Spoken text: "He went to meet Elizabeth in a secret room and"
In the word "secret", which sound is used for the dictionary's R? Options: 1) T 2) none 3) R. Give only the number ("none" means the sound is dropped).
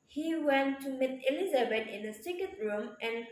2